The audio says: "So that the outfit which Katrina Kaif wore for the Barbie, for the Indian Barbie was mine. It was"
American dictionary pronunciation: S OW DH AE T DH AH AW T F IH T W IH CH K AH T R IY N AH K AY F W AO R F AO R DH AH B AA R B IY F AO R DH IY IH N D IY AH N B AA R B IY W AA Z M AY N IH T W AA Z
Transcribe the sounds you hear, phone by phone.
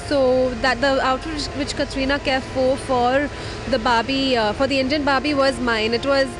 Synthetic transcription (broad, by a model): S OW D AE T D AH AW T IH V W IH CH K AH T R IY N AH K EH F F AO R F AO R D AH B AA B IY F AO R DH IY IH N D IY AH N B AA B IY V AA Z M AY N IH T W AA Z